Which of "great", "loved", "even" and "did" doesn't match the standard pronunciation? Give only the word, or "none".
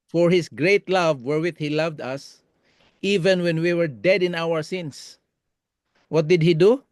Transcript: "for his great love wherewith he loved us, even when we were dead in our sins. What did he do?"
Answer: none